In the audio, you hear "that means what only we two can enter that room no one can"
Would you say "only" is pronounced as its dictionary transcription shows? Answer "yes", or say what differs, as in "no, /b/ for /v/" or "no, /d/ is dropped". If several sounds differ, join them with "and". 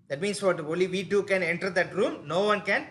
no, /n/ is dropped